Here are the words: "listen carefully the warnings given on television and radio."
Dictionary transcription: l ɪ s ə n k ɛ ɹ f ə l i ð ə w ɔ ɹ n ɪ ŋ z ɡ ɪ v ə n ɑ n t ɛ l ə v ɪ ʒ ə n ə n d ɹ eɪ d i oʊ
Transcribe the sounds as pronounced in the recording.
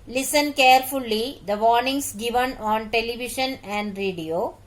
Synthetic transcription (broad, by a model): l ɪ s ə n k ɛ ɹ f ə l i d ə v ɔ ɹ n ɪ ŋ s ɡ ɪ v ə n ɑ n t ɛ l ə v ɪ ʃ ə n ə n d ɹ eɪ d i oʊ